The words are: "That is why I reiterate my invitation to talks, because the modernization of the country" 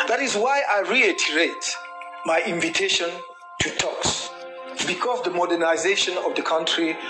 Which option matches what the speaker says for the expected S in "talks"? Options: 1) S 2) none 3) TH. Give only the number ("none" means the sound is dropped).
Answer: 1